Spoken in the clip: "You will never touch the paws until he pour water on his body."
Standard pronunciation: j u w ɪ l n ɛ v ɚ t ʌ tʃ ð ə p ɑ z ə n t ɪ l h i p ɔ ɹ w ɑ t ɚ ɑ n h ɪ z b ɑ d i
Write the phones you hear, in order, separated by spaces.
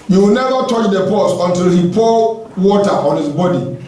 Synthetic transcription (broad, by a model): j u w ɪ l n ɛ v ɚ t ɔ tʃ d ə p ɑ s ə n t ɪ l h i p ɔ w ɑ t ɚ ɑ n h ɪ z b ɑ d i